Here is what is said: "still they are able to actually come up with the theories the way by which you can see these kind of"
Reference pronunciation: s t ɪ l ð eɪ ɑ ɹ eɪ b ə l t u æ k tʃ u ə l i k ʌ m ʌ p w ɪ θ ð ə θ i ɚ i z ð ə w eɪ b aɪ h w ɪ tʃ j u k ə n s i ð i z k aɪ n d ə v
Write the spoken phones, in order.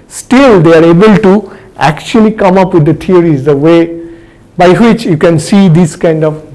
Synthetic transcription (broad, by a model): s t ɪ l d eɪ ɑ ɹ eɪ b ə l t u æ k tʃ u ə l i k ʌ m ʌ p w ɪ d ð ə t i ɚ i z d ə w eɪ b aɪ h w ɪ tʃ j u k ə n s i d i s k aɪ n d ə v